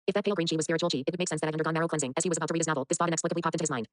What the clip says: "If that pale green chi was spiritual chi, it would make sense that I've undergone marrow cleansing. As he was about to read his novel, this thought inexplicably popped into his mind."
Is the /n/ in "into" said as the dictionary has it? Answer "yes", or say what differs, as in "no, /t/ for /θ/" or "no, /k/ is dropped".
no, /n/ is dropped